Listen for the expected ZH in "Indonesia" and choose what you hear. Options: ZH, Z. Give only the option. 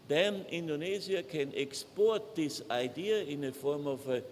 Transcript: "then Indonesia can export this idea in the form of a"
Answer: Z